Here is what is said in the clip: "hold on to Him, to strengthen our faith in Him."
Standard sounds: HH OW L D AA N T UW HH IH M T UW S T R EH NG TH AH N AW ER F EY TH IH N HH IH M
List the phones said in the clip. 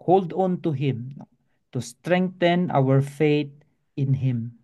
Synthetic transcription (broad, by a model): HH OW L D AA N T UW HH IH M T UW S T R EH NG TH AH N AW ER F EY T IH N HH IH M